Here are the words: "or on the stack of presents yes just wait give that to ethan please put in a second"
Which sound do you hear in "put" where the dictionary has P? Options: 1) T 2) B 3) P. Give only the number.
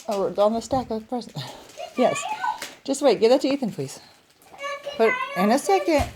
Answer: 2